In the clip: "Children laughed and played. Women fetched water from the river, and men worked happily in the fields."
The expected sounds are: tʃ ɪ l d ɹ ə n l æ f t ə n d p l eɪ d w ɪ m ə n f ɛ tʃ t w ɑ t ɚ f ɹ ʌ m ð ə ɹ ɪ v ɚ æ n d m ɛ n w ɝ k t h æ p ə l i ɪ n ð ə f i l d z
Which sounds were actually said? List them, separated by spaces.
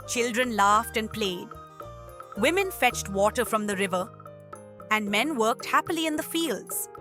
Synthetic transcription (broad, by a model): tʃ ɪ l d ɹ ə n l æ f t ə n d p l eɪ d w ɪ m ə n f ɛ tʃ t w ɑ t ɚ f ɹ ʌ m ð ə ɹ ɪ v ɚ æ n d m ɛ n w ɝ k t h æ p ə l i ɪ n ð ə f i l d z